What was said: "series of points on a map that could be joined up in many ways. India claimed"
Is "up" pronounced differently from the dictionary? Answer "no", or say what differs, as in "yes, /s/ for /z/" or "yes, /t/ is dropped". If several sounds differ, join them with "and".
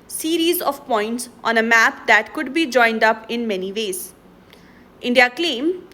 no